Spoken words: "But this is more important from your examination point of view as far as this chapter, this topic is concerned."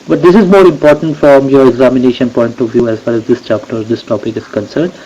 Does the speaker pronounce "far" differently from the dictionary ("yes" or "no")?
yes